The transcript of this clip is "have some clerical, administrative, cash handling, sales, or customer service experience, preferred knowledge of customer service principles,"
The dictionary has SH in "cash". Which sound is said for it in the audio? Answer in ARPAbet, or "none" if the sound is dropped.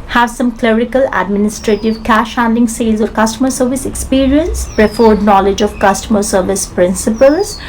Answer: SH